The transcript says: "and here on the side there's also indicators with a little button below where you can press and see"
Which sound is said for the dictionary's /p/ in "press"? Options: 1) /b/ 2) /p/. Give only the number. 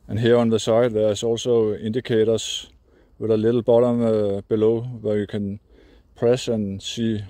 2